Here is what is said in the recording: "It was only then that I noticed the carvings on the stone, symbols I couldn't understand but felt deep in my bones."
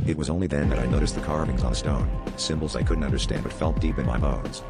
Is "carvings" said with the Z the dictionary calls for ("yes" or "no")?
yes